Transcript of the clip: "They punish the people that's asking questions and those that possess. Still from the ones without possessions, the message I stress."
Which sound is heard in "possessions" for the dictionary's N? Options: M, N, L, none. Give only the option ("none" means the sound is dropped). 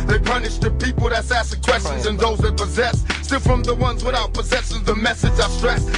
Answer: none